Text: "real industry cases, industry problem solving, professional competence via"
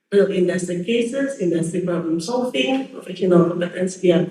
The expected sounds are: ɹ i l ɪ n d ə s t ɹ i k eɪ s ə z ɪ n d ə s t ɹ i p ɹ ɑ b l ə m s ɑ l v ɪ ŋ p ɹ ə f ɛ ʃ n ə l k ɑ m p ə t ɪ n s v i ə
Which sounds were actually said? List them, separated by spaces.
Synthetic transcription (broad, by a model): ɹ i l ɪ n d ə s t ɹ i k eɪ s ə s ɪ n d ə s t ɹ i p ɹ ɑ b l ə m s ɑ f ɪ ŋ f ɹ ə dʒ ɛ n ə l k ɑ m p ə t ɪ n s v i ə